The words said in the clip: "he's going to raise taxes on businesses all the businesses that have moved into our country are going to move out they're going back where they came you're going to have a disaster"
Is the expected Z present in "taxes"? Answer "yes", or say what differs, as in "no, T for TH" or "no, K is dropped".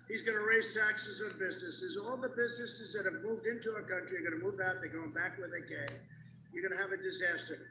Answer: yes